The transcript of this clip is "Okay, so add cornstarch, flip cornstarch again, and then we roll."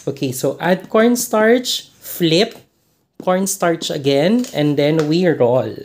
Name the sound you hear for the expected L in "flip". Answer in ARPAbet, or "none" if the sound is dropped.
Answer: L